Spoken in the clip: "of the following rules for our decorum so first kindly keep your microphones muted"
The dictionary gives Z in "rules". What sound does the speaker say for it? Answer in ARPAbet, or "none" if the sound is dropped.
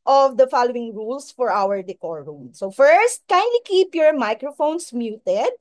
S